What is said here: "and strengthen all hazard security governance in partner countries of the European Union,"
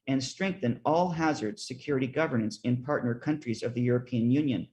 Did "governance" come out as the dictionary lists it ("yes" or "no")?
yes